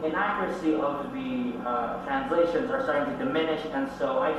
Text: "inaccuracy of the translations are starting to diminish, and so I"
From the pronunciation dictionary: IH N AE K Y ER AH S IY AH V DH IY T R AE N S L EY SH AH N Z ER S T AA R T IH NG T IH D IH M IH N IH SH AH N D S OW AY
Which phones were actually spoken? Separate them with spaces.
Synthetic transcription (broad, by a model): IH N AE K Y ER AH S IY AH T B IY T R AE N S L EY SH AH N Z ER S T AA R T IH NG T IH D IH M IH N IH SH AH N S OW AY